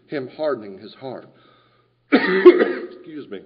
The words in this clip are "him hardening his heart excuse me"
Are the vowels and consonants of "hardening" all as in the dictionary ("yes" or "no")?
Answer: yes